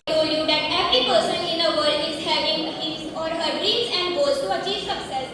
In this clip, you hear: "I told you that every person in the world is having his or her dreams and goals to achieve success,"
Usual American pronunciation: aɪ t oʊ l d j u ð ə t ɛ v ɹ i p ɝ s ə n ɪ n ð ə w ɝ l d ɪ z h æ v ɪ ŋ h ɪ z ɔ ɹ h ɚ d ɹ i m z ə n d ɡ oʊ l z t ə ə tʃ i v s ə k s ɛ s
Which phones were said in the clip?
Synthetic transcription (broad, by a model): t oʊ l j u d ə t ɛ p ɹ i p ɝ s ə n ɪ n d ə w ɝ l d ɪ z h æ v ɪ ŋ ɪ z ɔ ɹ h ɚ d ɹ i z ə n d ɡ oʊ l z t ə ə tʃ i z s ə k s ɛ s